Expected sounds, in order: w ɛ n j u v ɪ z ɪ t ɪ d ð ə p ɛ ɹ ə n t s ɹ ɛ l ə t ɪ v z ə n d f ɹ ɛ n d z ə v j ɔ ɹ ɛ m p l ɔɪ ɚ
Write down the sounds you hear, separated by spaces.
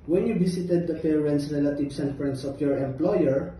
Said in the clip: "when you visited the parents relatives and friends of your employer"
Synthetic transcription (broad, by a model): w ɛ n j u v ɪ s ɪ t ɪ d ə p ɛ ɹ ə n s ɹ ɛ l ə t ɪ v s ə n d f ɹ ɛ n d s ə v j ɔ ɹ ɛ m p l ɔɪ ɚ